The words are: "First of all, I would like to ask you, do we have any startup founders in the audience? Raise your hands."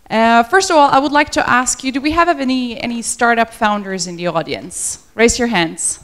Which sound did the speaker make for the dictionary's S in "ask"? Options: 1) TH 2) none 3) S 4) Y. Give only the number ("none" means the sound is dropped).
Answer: 3